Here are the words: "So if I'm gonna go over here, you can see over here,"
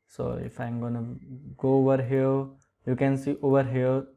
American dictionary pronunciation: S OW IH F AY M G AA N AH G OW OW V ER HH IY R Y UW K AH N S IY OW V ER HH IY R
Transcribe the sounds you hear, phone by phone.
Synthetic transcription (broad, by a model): S OW IH F AY M G AA N AH G OW OW V ER HH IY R Y UW K AH N S IY OW V ER HH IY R